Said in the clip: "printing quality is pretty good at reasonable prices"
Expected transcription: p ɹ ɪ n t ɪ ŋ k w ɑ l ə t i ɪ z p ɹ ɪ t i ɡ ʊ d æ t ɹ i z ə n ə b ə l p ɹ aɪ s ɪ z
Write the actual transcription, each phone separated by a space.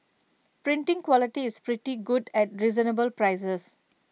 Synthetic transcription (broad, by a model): p ɹ ɪ n t ɪ ŋ k w ɑ l ə t i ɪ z p ɹ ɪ t i ɡ ʊ d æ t ɹ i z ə n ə b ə l p ɹ aɪ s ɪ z